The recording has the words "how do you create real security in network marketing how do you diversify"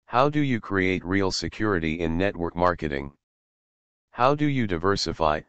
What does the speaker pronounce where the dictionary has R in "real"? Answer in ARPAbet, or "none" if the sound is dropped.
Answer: R